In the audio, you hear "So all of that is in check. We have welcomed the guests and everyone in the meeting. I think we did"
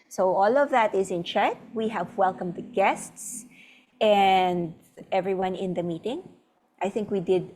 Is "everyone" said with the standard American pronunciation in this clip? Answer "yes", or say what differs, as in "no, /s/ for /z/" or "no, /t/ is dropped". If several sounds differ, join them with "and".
yes